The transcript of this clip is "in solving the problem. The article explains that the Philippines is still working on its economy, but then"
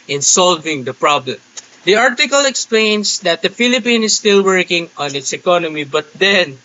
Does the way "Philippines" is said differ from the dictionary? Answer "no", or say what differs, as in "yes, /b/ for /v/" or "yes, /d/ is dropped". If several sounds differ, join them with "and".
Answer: yes, /z/ is dropped